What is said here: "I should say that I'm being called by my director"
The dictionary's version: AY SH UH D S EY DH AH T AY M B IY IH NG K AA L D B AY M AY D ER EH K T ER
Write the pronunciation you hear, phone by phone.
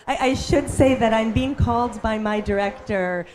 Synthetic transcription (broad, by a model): AY SH UH D S EY DH AH T AY M B IY IH NG K AA L D B AY M AY D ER EH K T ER